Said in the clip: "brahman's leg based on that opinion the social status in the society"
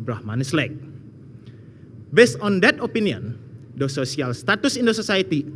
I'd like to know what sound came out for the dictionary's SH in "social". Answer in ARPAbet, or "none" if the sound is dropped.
S